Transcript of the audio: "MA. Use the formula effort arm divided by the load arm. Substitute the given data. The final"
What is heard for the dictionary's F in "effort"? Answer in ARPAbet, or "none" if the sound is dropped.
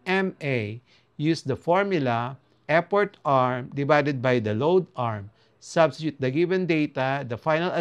P